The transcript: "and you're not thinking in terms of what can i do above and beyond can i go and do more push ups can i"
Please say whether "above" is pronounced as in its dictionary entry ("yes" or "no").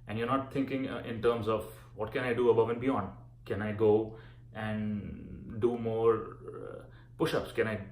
yes